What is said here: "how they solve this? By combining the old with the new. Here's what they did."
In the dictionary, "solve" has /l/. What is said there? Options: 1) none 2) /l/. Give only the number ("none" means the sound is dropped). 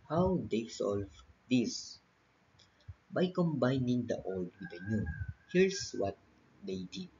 2